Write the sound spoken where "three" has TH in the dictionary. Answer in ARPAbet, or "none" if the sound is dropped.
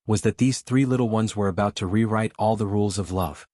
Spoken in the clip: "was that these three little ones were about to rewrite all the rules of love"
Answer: TH